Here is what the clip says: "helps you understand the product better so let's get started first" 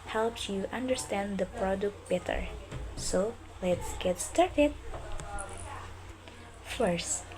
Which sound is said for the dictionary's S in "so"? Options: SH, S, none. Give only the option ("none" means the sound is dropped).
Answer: S